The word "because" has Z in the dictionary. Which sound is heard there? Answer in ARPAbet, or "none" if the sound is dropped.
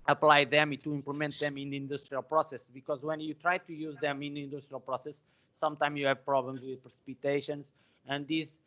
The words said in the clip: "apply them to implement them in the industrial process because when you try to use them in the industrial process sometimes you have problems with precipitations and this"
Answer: Z